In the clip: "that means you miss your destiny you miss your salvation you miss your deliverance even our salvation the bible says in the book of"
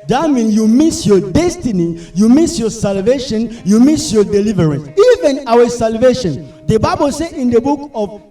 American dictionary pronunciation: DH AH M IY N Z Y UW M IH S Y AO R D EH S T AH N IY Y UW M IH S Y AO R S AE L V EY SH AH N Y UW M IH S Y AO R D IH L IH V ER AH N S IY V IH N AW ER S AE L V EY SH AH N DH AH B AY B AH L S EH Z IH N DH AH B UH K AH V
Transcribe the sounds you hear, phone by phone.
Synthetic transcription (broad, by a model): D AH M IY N Y UW M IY S Y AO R D EH S T AH N IY Y UW M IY S Y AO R S AE L V EY SH AH N Y UW M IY S Y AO D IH L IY V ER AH N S IY V IH N AW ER S AE L V EY SH AH N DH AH B AY B AH L S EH IH N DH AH B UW K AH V